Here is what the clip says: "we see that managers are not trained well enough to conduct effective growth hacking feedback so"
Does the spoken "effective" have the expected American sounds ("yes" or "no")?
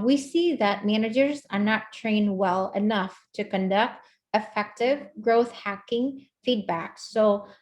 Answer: yes